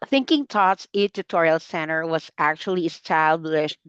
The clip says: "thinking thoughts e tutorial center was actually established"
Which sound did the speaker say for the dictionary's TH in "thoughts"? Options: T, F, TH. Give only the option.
T